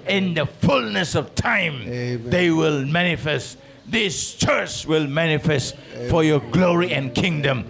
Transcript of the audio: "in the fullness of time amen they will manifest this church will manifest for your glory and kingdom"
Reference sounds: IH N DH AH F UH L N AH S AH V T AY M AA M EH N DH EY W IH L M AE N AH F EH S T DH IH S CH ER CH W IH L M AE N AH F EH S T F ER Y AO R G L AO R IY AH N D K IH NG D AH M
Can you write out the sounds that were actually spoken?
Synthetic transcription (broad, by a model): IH N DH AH F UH L N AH S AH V T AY AA M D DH EY W IH L M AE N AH F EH S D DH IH S CH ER CH W IH L M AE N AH F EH S T F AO Y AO G L AO R IY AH N K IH NG D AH M